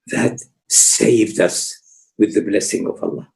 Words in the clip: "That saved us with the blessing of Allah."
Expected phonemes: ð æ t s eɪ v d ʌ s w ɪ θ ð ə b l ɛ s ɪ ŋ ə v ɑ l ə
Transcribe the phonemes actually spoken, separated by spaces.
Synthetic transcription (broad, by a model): ð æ t s eɪ v d ʌ s w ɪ ð ə b l ɛ s ɪ ŋ ə v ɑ l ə